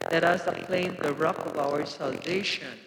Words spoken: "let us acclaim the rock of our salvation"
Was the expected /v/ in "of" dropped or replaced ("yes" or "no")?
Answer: no